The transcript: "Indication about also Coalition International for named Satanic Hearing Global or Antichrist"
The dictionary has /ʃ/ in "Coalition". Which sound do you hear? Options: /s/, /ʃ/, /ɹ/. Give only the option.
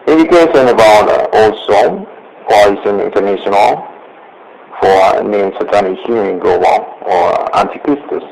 /s/